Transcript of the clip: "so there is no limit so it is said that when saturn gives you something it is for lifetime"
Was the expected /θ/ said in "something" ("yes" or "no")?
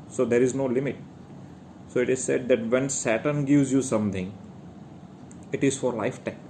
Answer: no